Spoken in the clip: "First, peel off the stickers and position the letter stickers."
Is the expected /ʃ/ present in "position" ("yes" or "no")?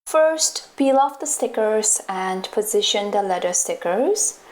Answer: yes